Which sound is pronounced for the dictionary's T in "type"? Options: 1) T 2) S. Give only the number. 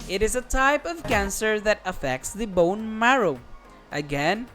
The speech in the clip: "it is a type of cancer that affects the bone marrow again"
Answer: 1